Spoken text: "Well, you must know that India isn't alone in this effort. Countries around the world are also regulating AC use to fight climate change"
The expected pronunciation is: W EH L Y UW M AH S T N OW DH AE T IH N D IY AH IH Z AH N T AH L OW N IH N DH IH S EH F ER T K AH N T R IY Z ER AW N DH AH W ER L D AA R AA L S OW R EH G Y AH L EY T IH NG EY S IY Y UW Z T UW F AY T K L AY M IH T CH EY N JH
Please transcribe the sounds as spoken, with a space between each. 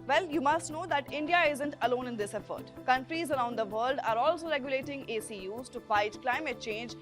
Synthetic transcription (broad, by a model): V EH L Y UW M AH S T N OW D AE T IH N D IY AH IH Z AH N T AH L OW N IH N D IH S EH F ER T K AH N T R IY Z ER AW N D AH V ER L D AA R AA L S OW R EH G Y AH L EY T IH NG EY S IY Y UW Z T UW F AY T K L AY M IH T CH EY N JH